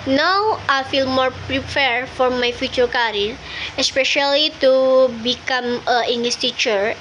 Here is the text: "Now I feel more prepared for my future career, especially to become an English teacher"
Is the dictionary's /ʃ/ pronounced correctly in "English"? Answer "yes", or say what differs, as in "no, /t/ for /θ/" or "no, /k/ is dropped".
no, /s/ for /ʃ/